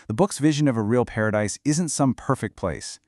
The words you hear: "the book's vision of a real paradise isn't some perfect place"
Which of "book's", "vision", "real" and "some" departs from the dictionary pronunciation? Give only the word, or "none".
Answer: none